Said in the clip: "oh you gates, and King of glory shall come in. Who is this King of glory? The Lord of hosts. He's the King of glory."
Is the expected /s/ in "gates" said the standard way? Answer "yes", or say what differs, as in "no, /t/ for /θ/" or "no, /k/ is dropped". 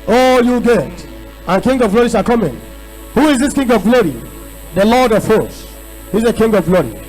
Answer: no, /s/ is dropped